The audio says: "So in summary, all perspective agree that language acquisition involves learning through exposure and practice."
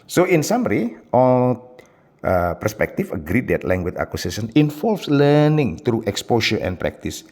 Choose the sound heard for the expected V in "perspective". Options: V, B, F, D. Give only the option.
F